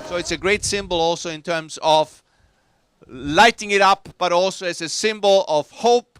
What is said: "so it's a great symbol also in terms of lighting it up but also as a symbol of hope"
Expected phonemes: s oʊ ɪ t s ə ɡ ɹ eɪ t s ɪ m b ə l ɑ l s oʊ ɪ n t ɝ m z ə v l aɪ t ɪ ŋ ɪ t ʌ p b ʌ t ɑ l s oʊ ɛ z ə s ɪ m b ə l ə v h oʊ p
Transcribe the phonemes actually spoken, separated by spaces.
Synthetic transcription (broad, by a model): s oʊ ɪ t s ə ɡ ɹ eɪ t s ɪ m b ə l ɑ l s oʊ ɪ n t ɝ m z ə v l aɪ t ɪ ŋ ɪ t ʌ p b ʌ t ɑ l s oʊ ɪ s ə s ɪ m b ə l ə v h oʊ p